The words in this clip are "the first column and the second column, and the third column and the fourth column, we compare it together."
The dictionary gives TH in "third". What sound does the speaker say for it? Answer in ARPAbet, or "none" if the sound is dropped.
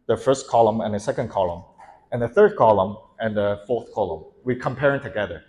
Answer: TH